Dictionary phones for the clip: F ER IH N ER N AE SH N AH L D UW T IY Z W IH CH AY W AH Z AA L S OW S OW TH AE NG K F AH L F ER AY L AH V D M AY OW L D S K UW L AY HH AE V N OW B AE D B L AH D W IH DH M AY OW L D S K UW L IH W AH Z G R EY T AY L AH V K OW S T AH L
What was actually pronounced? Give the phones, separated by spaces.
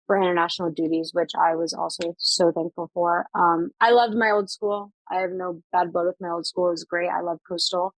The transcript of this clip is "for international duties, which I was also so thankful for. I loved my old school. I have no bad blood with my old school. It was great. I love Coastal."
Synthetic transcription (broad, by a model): F ER IH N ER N AE SH N L D UW T IY Z W IH CH AY W AH Z AA L S OW S OW TH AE NG K F L F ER AY L AH V D M AY OW L D S K UW L AY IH V N OW B AE D B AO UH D W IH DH M AY OW L D S K UW L W AH Z G R EY T AY L AH V K OW S T L